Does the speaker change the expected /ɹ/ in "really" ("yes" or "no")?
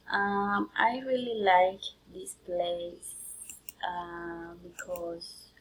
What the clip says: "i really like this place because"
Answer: no